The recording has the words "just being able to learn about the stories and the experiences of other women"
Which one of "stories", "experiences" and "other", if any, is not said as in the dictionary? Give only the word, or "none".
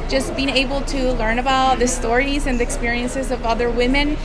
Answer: none